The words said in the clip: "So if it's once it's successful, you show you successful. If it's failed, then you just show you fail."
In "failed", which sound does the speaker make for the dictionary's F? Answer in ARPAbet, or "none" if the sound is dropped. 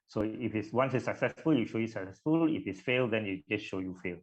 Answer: F